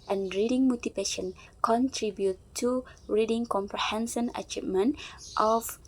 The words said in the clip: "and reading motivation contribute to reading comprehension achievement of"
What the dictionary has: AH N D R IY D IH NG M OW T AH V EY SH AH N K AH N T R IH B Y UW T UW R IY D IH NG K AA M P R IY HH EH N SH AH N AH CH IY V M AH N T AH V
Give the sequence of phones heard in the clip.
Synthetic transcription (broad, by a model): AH N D R IY D IH NG M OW T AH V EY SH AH N K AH N T R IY B Y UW T UW R IY D IH NG K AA M P R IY HH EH N S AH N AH CH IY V M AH N T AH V